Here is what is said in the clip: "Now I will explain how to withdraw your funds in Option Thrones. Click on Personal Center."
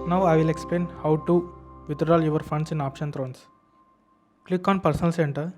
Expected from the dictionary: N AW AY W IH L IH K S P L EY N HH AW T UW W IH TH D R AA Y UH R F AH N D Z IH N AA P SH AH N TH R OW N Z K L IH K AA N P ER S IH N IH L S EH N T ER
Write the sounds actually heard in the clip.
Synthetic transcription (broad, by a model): N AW AY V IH L IH K S P L EY N HH AW T UW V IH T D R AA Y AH R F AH N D S IH N AA P SH AH N T R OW N S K L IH K AA N P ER S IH N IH L S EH N T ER